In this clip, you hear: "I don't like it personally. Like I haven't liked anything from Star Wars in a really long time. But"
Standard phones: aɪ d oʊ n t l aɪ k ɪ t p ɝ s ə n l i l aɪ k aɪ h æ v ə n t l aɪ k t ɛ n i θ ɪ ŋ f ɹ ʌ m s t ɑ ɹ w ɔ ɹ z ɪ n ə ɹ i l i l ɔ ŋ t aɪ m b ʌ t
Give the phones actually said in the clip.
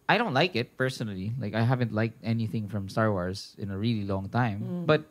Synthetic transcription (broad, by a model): aɪ d oʊ n t l aɪ k ɪ t p ɝ s ə n l i l aɪ k aɪ h æ v ə n t l aɪ k t ɛ n i θ ɪ ŋ f ɹ ʌ m s t ɑ ɹ w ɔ ɹ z ɪ n ə ɹ i l i l ɔ ŋ t aɪ m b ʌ t